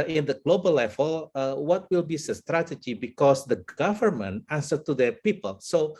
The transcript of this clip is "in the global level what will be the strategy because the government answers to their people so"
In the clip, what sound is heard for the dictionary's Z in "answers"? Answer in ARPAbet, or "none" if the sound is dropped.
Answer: none